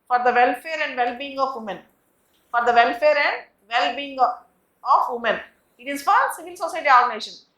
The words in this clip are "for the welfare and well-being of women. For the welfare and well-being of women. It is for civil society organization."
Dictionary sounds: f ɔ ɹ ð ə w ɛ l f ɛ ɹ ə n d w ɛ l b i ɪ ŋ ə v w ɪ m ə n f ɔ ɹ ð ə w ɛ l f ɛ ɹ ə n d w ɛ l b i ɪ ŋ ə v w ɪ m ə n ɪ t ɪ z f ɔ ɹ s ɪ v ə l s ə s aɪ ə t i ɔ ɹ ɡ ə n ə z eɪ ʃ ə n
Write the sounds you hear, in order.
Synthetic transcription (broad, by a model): f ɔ ɹ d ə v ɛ l f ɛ ɹ ə n d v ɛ l b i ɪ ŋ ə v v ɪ m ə n f ɔ ɹ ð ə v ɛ l f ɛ ɹ ə n d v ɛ l b i ɪ ŋ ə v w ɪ m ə n ɪ t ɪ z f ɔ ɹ s ɪ v ə l s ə s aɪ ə t i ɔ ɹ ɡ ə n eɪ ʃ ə n